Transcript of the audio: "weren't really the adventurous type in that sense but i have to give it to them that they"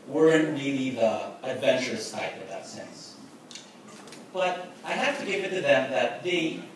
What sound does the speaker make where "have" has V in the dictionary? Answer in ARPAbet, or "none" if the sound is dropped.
F